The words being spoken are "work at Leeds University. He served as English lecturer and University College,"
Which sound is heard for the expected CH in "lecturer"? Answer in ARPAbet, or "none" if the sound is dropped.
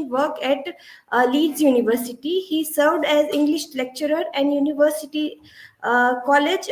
CH